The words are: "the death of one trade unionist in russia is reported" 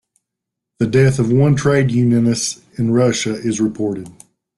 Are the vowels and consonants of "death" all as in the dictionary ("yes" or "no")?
yes